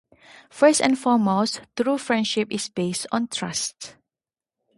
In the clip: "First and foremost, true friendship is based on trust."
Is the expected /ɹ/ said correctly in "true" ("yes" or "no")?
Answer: yes